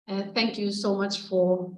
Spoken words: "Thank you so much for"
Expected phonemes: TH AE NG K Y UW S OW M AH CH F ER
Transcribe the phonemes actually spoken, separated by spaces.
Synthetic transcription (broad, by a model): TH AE NG K Y UW S OW M AH CH F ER